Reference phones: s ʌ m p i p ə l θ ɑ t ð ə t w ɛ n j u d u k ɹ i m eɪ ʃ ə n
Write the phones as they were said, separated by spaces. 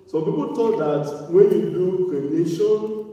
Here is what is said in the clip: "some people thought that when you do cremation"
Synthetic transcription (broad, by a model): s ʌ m p i p ə l t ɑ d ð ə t w ɛ n j u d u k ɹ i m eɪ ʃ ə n